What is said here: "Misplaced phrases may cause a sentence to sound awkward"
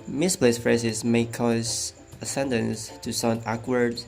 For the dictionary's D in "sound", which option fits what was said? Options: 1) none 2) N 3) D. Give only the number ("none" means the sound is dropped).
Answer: 1